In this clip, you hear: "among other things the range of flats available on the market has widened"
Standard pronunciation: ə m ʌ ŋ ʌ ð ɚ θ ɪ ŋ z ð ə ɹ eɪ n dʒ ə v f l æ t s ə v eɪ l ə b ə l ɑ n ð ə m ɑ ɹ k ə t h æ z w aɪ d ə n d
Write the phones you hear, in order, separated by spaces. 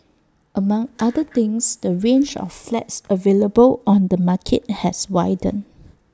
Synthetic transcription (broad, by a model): ə m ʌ ŋ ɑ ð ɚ t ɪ ŋ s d ə ɹ eɪ n dʒ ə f l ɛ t s ə v eɪ l ə b ə l ɑ n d ə m ɑ k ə t h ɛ s w aɪ d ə n